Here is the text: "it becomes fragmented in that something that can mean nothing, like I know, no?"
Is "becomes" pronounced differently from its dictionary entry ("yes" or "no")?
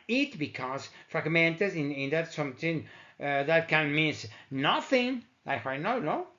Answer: yes